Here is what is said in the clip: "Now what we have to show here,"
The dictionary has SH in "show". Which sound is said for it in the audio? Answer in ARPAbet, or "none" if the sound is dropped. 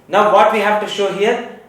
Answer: SH